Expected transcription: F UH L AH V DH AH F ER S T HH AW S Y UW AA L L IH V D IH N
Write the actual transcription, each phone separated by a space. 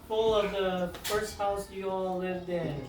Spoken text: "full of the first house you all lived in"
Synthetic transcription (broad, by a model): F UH L AH V DH AH F ER S T HH AW S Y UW AA L L IH V D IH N